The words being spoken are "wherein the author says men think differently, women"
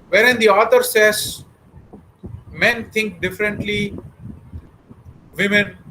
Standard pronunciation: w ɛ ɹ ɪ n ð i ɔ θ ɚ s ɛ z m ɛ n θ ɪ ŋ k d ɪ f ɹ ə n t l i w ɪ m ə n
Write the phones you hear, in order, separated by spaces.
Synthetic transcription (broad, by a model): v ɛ ɹ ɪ n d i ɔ t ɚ s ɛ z m ɛ n t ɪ ŋ k d ɪ f ɹ ə n t l i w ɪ m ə n